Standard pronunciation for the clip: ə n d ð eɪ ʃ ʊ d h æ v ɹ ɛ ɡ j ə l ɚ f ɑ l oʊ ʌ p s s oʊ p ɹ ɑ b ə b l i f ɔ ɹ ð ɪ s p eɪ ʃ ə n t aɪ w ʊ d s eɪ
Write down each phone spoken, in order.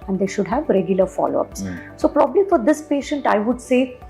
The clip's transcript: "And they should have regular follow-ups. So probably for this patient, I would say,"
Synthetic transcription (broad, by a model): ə n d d eɪ ʃ ʊ d h æ v ɹ ɛ ɡ j ə l ɚ f ɑ l oʊ ʌ p s s oʊ p ɹ ɑ b ə b l i f ɔ ɹ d ɪ s p eɪ ʃ ə n t aɪ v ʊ d s eɪ